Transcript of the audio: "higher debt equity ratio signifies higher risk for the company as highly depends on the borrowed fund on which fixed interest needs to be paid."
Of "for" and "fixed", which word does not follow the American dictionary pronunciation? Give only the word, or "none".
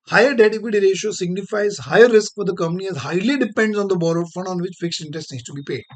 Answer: fixed